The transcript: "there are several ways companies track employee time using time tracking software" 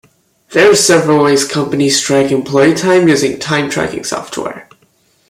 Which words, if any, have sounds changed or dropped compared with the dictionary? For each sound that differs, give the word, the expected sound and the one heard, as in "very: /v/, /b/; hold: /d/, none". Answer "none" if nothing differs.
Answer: companies: /z/, /s/